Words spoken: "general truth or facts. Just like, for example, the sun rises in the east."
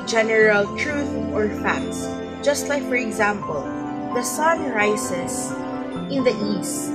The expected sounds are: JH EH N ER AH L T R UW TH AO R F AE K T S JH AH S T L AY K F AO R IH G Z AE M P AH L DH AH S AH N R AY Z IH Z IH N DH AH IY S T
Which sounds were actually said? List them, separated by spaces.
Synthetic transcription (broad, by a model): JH EH N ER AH L T R UW TH AO R F AE K T S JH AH S T L AY K F AO R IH G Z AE M P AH L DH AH S AH N R AY S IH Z IH N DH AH IY S T